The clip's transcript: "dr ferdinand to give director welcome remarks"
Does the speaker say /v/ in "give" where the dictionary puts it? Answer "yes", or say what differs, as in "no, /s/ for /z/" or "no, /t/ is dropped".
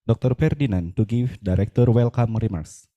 no, /f/ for /v/